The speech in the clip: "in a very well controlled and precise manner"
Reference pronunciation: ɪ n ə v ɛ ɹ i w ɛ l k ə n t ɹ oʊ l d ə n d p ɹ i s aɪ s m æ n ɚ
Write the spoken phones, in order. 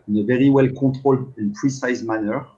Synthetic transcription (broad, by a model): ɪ n ə v ɛ ɹ i w ɛ l k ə t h oʊ l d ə n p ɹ i s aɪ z m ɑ n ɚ